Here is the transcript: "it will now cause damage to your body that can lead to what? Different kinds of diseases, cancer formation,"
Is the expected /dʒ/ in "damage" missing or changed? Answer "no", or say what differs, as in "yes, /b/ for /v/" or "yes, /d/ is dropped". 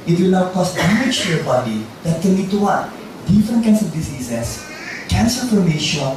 yes, /tʃ/ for /dʒ/